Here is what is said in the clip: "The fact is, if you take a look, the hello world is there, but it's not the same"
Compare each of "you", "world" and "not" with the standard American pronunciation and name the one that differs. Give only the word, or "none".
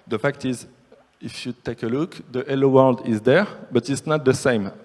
none